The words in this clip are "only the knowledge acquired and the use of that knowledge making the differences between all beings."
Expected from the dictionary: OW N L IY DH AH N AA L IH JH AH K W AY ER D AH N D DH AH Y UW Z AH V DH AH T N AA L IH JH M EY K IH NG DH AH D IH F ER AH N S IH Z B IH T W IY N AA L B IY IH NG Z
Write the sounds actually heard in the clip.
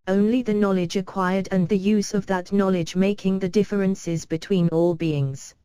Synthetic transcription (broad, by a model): OW N L IY DH AH N AA L IH JH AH K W AY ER D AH N DH AH Y UW Z AH V DH AH T N AA L IH JH M EY K IH NG DH AH D IH F ER AH N S IH Z B IH T W IY N AA L B IY IH NG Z